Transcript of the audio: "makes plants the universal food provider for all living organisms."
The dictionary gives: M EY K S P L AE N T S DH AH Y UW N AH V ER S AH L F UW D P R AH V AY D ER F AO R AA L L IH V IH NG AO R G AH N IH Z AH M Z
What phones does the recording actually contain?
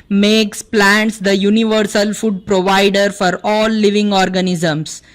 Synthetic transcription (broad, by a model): M EY K S P L AE N T S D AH Y UW N AH V ER S AH L F UW D P R AH V AY D ER F AO R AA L L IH V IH NG AO R G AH N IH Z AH M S